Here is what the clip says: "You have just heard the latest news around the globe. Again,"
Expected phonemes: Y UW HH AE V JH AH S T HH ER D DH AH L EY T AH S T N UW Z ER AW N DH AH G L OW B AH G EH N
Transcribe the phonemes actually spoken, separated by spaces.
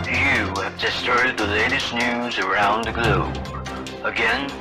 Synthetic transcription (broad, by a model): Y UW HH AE V JH AH S T HH ER D DH AH L EY T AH S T N UW Z ER AW N DH AH G L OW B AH G EH N